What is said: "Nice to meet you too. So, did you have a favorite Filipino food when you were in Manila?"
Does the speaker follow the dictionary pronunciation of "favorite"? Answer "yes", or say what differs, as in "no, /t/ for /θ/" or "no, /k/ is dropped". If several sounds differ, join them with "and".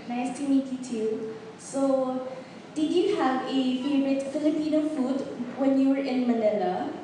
no, /b/ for /v/